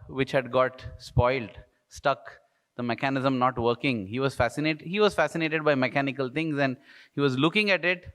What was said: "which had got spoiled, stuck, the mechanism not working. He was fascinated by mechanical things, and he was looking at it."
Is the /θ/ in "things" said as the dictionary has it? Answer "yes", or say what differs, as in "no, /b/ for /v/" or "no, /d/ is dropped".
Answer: no, /t/ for /θ/